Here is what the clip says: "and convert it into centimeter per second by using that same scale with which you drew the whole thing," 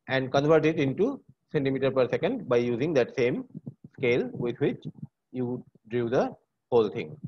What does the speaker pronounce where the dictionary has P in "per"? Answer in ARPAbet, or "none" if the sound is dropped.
P